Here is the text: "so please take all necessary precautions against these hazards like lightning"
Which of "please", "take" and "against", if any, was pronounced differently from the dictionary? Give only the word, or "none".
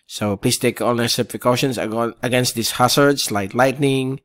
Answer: please